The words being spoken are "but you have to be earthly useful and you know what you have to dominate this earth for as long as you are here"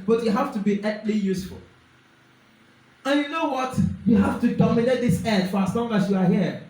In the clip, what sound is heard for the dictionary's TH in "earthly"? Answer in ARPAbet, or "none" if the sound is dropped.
T